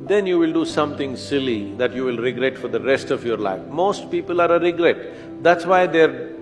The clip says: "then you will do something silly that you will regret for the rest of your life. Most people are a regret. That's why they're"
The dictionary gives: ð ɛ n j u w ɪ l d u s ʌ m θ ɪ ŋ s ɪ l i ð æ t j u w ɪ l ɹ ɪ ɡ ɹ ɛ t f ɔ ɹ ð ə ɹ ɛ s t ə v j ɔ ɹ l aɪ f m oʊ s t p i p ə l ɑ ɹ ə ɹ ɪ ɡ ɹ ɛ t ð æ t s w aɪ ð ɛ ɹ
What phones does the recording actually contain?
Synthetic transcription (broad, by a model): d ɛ n j u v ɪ l d u s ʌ m t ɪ ŋ s ɪ l i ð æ t j u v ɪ l ɹ ɪ ɡ ɹ ɛ t f ɔ ɹ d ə ɹ ɛ s t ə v j ɔ ɹ l aɪ f m oʊ s t p i p ə l ɑ ɹ ə ɹ ɪ ɡ ɹ ɛ t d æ t s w aɪ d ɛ ɹ